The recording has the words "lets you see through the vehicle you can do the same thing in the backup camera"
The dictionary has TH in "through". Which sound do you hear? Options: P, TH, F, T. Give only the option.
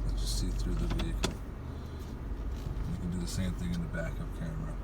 TH